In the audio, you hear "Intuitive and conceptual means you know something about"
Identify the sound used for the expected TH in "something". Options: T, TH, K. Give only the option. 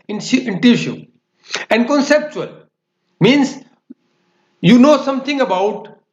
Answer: T